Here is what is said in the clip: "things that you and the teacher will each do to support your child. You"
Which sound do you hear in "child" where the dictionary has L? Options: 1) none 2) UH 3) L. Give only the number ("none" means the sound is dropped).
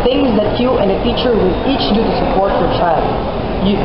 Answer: 3